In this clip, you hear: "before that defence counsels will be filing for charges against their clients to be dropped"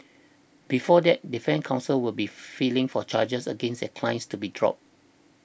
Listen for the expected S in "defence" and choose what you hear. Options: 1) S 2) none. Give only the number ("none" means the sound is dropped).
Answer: 2